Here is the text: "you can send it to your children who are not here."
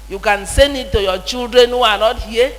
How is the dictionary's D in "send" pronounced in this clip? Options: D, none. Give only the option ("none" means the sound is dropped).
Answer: none